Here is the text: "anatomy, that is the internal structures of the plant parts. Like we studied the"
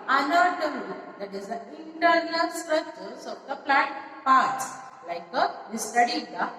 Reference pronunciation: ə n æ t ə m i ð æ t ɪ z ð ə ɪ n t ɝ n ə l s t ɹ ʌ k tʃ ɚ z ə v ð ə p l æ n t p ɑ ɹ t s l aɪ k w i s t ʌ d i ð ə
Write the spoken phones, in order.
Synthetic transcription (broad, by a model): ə n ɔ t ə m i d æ t ɪ z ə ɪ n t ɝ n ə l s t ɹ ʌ tʃ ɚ s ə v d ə p l æ n t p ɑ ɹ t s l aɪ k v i s t ʌ d i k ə